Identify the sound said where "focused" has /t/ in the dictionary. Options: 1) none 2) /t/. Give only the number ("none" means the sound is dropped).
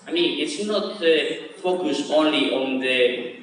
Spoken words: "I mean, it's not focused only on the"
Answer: 1